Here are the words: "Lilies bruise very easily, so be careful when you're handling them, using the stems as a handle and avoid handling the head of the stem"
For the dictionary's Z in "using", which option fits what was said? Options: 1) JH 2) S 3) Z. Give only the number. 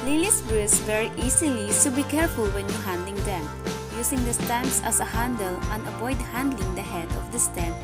2